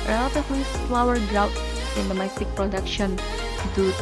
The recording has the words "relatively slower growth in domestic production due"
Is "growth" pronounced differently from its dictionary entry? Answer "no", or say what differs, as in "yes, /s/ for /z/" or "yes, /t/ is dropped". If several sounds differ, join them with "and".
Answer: yes, /t/ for /θ/